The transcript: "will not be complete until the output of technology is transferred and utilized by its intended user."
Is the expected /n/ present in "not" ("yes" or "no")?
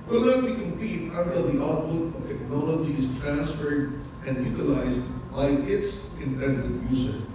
no